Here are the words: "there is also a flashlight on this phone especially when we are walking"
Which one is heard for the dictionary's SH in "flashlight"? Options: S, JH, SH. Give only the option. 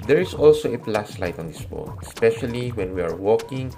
S